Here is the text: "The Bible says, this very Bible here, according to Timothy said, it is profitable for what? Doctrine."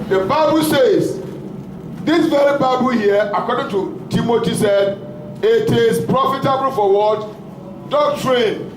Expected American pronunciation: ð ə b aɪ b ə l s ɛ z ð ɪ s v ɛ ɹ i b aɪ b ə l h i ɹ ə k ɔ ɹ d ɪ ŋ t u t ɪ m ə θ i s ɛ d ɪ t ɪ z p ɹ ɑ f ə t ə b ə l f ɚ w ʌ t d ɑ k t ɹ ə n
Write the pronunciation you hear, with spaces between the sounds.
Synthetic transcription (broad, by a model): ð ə b aɪ b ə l s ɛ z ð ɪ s v ɛ ɹ i b aɪ b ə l h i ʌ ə k ɔ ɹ d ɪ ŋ t u t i m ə t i s ɛ d ɪ t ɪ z p ɹ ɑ f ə t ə b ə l f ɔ w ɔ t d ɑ k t ɹ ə n